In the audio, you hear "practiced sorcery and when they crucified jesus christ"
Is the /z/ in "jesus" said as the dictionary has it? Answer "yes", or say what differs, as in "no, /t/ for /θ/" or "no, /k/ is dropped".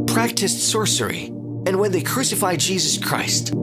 yes